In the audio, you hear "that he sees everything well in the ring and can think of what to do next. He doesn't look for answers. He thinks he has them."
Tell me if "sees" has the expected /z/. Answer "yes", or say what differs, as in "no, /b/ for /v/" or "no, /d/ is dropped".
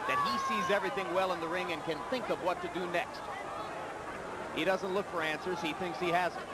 yes